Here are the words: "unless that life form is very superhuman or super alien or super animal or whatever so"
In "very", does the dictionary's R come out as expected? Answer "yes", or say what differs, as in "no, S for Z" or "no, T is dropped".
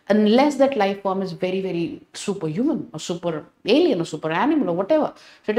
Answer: yes